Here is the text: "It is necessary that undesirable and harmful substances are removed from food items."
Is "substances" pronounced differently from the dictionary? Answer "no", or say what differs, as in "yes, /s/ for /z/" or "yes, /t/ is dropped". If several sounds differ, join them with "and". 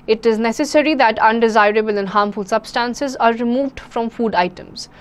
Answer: no